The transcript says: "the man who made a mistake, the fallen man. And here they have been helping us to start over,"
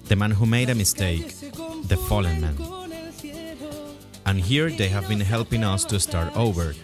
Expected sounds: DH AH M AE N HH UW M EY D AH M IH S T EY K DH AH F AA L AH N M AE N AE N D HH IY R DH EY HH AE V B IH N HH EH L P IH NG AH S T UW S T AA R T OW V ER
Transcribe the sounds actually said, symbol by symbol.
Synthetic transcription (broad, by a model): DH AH M AE N HH UW M EY D AH M IH S T EY K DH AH F AA L AH N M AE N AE N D HH IY R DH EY HH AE V B IH N HH EH L P IH NG AH S T UW S T AA R T OW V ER